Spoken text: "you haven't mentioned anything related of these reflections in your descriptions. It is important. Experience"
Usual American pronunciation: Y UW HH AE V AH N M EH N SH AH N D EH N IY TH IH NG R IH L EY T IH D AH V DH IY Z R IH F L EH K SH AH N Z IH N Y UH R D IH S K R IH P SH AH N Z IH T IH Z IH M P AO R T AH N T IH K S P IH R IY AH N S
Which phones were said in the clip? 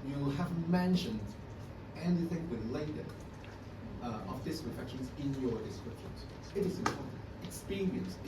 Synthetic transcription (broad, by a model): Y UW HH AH V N M EH N SH AH N D EH N IY TH IH NG W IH L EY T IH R AH V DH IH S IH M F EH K SH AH N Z IH N Y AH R D IH S K R IH P SH AH N Z IH T IH Z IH M P AO R T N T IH K S P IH R IY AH N S